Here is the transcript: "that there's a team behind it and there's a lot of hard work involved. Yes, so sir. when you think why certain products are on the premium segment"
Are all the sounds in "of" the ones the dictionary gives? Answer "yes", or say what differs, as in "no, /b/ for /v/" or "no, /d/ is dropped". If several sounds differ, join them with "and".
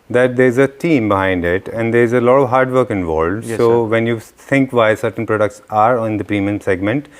yes